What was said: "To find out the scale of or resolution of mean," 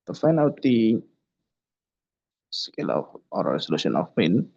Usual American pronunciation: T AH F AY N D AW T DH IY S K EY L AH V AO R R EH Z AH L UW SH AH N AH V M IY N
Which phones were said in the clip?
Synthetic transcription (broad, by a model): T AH F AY N AW T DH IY S K EY L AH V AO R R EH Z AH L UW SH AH N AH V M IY N